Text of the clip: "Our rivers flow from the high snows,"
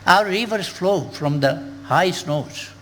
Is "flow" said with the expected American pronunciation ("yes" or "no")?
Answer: yes